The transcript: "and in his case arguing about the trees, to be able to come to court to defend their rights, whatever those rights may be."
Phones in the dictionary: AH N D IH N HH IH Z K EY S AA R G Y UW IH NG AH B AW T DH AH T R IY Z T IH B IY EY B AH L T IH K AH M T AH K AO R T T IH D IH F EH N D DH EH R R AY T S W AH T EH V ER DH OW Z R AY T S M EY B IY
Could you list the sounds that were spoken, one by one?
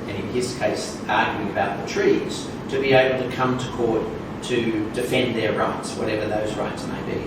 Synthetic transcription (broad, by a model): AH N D IH N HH IH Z K EY S AA R G Y UW IH NG AH B AW T DH AH T R IY Z T IH B IY EY B L T IH K AH M T AH K AO R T T IH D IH F EH N DH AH R R AY T S W AH T EH V ER DH OW Z R AY T S M EY B IY